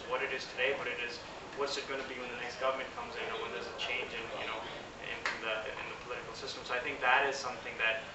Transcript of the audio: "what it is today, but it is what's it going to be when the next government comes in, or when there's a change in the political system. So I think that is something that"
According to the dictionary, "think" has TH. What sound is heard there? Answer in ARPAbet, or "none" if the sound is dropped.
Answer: TH